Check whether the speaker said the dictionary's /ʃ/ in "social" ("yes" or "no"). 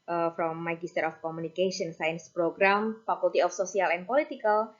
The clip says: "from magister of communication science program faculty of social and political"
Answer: no